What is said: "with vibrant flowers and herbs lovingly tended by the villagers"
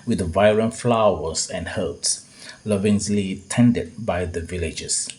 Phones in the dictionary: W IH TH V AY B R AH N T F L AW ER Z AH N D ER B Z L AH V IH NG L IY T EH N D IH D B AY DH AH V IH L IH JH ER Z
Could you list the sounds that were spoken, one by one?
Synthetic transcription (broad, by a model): W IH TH V AY R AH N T F L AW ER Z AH N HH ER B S L AH V IH NG L IY T EH N D IH D B AY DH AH V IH L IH JH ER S